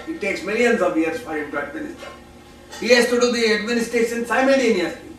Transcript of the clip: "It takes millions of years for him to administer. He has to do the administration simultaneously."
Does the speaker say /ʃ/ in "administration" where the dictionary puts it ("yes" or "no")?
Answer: no